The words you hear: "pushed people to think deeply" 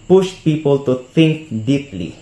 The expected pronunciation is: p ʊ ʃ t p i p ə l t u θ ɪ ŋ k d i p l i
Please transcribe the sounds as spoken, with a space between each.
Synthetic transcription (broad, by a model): p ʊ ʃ t p i p ə l t u t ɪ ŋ k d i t l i